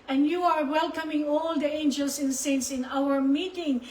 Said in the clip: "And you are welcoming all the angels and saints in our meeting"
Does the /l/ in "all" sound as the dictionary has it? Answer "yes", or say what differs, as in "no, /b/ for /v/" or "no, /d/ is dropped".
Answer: yes